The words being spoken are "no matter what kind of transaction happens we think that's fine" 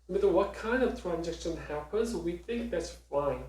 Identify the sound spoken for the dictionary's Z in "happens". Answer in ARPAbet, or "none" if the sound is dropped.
Z